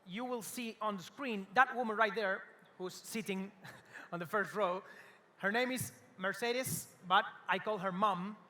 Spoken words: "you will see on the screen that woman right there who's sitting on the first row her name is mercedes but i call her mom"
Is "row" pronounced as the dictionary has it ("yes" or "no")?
yes